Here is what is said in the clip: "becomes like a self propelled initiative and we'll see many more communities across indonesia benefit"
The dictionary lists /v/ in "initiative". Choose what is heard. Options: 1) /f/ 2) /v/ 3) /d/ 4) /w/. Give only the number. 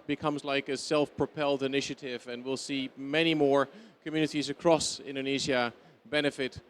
2